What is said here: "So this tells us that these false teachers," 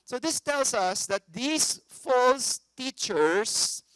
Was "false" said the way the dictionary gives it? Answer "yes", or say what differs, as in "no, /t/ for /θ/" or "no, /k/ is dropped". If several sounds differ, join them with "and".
yes